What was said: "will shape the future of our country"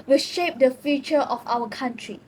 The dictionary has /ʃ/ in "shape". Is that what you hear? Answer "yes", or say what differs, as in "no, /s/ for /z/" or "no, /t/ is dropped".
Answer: yes